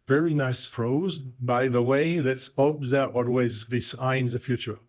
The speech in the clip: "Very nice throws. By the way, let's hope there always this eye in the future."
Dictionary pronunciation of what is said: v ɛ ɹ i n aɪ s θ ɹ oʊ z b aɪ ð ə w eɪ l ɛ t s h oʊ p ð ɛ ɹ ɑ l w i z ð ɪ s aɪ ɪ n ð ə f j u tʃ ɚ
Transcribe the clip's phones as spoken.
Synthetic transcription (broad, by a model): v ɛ ɹ i n aɪ s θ ɹ oʊ z b aɪ ð ə w eɪ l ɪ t s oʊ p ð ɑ w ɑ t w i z ð ɪ s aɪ ɪ n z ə f j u tʃ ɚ